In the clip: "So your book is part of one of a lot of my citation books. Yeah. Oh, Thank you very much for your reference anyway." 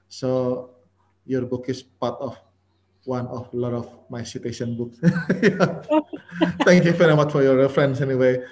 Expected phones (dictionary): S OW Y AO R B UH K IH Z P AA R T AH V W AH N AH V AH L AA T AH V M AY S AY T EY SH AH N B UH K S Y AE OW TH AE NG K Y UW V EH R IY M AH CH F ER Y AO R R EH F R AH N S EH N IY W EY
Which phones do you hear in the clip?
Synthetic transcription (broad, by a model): S OW Y AO R B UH K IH S P AA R T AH F W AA N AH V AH L AA T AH F M AY S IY T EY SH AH N B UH K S Y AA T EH NG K Y UW F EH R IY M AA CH F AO Y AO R R EH F R AH N S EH N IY W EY